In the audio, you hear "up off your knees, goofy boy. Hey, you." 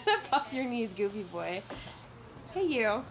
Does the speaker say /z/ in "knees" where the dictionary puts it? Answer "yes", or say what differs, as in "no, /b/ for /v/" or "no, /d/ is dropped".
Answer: yes